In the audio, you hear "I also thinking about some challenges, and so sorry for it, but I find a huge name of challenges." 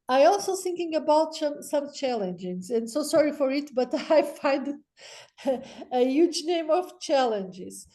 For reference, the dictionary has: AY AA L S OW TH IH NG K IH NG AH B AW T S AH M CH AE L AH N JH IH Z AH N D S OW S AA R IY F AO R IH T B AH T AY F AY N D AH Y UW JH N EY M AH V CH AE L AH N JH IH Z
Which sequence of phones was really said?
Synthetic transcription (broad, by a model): AY AA L S OW TH IH NG K IH NG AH B AW T S AH M CH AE L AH N JH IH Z AH N D S OW S AA R IY F AO R IH T B AH T AY F AY N D AH Y UW JH N EY M AH V CH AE L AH N JH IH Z